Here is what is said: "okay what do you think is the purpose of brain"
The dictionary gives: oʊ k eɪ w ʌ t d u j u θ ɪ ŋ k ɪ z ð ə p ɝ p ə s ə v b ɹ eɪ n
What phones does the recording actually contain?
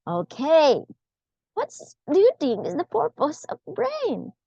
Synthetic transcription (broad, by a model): oʊ k eɪ w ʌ t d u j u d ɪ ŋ ɪ z ð ə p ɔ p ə s ə v b ɹ eɪ n